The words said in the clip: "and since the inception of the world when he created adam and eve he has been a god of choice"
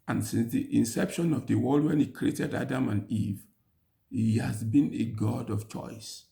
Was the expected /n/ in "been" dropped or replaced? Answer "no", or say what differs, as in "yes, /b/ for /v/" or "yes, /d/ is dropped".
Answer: no